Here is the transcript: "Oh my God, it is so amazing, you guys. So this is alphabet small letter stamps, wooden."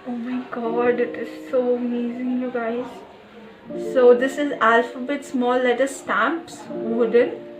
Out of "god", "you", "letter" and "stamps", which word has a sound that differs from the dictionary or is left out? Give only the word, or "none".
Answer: none